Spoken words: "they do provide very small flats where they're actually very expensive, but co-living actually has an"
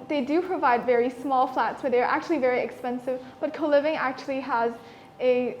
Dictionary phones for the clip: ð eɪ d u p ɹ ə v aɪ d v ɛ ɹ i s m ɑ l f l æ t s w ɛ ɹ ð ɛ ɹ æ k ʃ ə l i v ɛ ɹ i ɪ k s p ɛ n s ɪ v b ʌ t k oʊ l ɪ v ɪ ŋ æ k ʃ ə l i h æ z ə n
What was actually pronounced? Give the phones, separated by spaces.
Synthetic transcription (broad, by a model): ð eɪ d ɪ p ɹ ə v aɪ d v ɛ ɹ i s m ɑ l f l æ t s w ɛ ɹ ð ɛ ɹ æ k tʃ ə l i v ɛ ɹ i ɪ k s p ɛ n s ɪ v b ʌ t k oʊ l ɪ v ɪ ŋ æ k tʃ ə l i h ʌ z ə